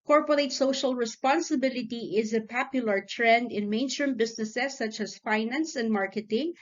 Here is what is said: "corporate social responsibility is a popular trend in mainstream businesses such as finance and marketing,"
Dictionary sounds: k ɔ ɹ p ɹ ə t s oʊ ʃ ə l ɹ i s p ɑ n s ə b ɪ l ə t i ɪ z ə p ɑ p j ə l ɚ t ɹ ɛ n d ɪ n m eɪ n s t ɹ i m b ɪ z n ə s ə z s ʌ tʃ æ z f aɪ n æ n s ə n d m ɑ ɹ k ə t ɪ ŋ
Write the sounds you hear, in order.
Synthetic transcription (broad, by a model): k ɔ ɹ p ɹ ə t s oʊ ʃ ə l ɹ i s p ɑ n s ə b ɪ l ə t i ɪ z ə p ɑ p j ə l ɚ t ɹ ɛ n d ɪ n m eɪ n s t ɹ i m b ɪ s n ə s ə s ʌ tʃ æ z f aɪ n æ n s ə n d m ɑ ɹ k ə t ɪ ŋ